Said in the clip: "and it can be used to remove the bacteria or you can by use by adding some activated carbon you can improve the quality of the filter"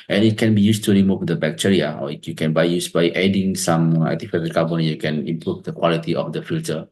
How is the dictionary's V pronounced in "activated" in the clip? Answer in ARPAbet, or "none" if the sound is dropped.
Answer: F